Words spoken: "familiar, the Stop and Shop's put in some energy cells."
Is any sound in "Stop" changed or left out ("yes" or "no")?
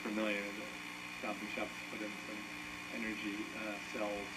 yes